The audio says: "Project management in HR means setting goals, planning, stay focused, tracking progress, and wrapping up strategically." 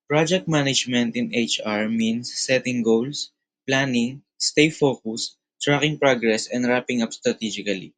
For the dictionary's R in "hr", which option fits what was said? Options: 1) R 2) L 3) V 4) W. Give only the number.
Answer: 1